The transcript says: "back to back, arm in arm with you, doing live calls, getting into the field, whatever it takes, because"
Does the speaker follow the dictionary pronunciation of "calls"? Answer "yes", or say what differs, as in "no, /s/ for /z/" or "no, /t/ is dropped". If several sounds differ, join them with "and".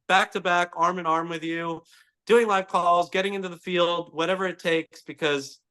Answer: yes